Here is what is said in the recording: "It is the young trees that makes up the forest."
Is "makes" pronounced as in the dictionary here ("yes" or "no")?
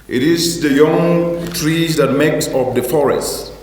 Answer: yes